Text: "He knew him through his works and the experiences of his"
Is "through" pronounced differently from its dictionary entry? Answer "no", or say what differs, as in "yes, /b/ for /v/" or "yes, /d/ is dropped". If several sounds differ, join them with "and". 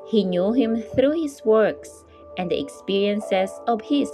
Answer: no